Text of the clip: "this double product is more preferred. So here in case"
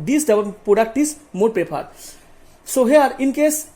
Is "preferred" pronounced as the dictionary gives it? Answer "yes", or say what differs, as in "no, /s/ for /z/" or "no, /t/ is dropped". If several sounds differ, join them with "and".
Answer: no, /ɹ/ is dropped and /p/ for /f/